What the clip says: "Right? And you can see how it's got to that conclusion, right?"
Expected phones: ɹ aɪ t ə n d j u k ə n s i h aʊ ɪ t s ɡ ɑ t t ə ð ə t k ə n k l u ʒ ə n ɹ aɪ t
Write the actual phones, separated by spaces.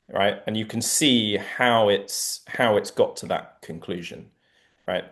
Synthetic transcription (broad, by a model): ɹ aɪ t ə n j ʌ k ə n s i h aʊ ɪ t s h ɑ t t ə ð ə t k ə n k l u ʒ ə n ɹ aɪ t